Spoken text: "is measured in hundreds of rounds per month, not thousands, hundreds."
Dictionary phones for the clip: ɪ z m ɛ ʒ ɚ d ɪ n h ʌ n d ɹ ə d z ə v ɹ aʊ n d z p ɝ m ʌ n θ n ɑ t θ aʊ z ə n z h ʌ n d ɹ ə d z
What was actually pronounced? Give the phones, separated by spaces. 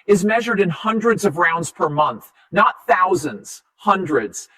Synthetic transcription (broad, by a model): ɪ z m ɛ ʒ ɚ d ɪ n h ʌ n d ɹ ə d z ə v ɹ aʊ n d z p ɝ m ʌ n θ n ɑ t θ aʊ z ə n z h ʌ n d ɹ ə d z